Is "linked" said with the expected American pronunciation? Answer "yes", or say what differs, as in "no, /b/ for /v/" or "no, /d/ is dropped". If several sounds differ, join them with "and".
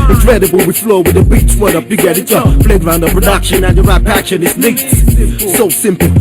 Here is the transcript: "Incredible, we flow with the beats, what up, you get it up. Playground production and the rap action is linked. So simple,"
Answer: no, /ŋ/ is dropped